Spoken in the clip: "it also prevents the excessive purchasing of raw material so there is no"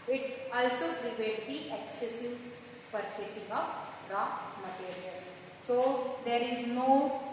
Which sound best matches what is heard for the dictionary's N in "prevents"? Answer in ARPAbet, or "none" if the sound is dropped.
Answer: none